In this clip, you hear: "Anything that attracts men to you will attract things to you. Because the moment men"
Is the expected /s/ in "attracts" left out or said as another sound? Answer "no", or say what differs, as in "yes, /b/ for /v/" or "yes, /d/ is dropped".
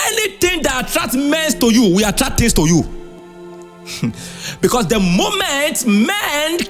yes, /s/ is dropped